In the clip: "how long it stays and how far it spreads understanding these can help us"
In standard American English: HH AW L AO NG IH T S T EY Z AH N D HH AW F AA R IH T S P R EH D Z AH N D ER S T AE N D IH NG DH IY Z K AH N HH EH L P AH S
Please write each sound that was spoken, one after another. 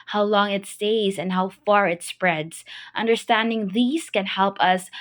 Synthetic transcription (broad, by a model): HH AW L AO NG IH T S T EY Z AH N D HH AW F AA R IH T S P R EH D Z AH N D ER S T AE N D IH NG DH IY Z K AH N HH EH L P AH S